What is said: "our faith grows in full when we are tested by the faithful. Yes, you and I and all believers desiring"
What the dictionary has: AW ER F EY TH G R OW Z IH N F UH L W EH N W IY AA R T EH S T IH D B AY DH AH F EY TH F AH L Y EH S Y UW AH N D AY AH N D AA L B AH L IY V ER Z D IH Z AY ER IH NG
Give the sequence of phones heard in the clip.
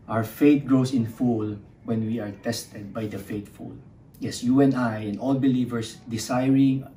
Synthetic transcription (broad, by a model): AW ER F EY T G R OW S IH N F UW L W EH N W IY AA R T EH S T IH D B AY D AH F EY T F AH L Y EH S Y UW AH N AY AH N D AA L B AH L IY V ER S D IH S AY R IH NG